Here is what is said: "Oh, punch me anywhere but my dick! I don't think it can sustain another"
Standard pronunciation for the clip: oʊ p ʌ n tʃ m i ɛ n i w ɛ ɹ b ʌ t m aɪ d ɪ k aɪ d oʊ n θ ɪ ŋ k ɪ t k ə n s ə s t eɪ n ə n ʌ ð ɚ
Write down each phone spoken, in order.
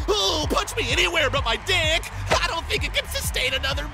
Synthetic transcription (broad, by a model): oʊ p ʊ tʃ m i ɛ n i w ɛ ɹ b ʌ t m aɪ d ɪ k aɪ d oʊ n θ ɪ ŋ k ɪ t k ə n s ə s t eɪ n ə n ʌ ð ɚ